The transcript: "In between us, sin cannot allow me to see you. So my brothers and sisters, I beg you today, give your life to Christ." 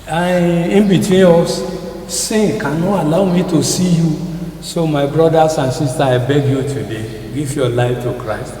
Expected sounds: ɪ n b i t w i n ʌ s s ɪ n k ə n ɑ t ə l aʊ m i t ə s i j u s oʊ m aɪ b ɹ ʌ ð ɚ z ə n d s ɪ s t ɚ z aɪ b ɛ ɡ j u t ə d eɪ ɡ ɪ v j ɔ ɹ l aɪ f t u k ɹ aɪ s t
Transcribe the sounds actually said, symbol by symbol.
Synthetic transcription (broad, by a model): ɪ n b i t w i n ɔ s s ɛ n k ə n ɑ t ə l aʊ m i t ə s i j u s oʊ m aɪ b ɹ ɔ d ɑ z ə n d s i s t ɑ aɪ b ɛ ɡ j u t ə d eɪ ɡ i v j ɔ l aɪ f t u k ɹ aɪ s t